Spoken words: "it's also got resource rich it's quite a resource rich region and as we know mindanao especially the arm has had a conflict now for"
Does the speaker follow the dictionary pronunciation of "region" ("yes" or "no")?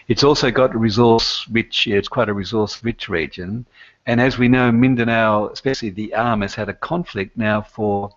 yes